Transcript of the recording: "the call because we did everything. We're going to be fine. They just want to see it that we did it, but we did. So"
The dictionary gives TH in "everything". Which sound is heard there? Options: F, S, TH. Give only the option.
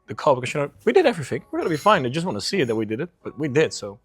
TH